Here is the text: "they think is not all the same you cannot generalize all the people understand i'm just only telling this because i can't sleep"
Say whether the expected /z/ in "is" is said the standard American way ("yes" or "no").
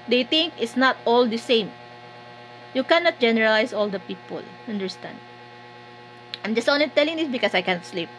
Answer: no